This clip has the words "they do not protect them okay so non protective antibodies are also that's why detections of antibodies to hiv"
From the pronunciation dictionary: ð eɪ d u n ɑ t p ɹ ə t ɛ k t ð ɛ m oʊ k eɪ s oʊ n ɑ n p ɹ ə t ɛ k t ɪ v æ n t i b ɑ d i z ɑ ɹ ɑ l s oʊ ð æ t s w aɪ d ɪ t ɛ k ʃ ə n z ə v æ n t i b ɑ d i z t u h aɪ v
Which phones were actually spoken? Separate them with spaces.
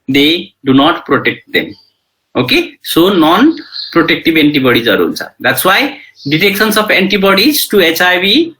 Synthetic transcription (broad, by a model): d eɪ d u n ɑ t p ɹ ə t ɛ k t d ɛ m oʊ k eɪ s oʊ n ɑ n p ɹ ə t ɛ k t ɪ b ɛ n t i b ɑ d i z ɑ ɹ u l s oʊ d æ t s w aɪ d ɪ t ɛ k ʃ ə n s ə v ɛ n t i b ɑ d i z t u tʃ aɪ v